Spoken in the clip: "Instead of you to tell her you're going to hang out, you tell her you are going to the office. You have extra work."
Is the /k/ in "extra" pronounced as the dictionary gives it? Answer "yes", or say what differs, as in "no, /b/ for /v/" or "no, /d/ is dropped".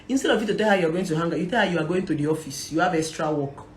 no, /k/ is dropped